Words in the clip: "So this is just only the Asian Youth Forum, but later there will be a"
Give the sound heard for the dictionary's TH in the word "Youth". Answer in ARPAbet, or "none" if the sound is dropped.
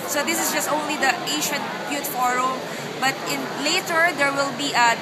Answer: T